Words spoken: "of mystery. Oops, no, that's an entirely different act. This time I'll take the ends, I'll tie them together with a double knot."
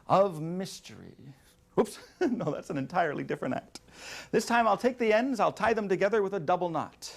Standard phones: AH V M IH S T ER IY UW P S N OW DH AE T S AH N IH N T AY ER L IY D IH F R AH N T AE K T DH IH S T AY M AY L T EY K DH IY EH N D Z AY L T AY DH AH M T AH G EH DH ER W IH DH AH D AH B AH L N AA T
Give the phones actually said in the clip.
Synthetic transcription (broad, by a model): AH V M IH S T ER IY UW P S N OW DH AE T S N IH N T AY ER L IY D IH F R AH N T AE K T DH IH S T AY M AY L T EY K DH IY EH N D Z AY L T AY DH AH M T AH G EH DH ER W IH DH AH D AH B L N AA T